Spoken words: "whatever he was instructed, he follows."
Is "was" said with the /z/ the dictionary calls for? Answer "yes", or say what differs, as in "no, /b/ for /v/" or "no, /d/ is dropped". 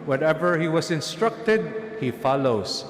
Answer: no, /s/ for /z/